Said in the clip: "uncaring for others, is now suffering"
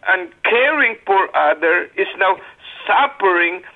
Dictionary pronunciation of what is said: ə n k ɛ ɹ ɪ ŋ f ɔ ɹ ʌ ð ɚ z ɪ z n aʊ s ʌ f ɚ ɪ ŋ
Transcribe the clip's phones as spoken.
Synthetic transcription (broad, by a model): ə n k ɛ ɹ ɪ ŋ f ɔ ɹ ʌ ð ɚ ɪ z n aʊ s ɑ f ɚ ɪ ŋ